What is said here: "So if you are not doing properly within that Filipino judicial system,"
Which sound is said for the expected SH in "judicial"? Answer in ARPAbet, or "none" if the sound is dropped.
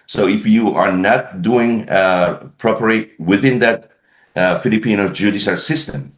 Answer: S